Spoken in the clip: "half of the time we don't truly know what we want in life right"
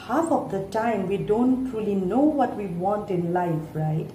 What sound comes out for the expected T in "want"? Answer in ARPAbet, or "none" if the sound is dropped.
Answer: T